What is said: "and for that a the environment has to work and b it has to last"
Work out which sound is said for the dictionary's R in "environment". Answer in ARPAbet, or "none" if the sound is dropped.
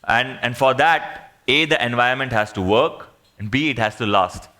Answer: none